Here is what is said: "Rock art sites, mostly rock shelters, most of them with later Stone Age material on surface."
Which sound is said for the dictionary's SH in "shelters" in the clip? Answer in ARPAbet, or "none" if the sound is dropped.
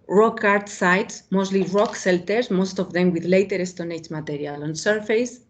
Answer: S